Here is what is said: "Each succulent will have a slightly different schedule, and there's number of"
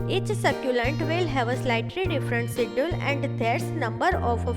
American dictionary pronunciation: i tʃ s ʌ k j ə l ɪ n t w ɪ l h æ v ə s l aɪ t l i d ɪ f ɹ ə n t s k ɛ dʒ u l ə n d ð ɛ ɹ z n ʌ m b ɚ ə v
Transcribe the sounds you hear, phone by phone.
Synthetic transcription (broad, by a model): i tʃ s ʌ k j ə l ɪ n t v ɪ l h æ v ə s l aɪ t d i d ɪ f ɹ ə n t s i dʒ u l ə n d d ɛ ɹ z n ʌ m b ɚ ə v